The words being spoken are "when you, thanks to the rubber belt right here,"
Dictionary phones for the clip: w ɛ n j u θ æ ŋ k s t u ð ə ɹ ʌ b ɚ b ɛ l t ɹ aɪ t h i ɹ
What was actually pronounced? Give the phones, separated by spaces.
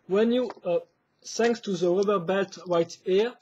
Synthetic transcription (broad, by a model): w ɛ n j u s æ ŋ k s t u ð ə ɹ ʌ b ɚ b ɛ l t w aɪ t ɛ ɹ